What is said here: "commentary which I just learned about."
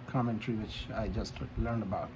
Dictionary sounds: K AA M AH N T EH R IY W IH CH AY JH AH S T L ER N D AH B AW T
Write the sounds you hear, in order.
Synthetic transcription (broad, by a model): K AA M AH N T R IY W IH CH AY JH AH S T L ER N D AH B AW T